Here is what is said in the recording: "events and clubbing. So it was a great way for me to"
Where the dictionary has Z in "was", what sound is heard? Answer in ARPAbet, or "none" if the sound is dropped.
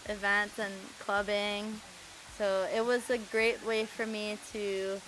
Z